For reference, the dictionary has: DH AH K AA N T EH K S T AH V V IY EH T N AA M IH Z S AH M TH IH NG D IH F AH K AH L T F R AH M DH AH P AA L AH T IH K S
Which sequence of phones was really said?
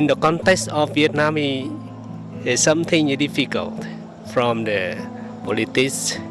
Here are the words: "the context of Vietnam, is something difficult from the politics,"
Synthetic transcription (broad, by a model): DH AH K AA N T EH K S T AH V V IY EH T N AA M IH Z S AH M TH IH NG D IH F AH K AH L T F R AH M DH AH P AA L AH T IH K S